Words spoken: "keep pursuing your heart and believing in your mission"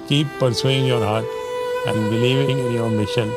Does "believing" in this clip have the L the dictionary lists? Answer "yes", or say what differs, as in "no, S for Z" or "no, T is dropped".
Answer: no, N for L